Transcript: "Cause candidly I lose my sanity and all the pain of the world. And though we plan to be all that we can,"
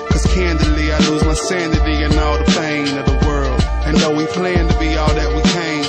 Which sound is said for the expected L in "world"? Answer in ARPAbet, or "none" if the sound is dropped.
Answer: L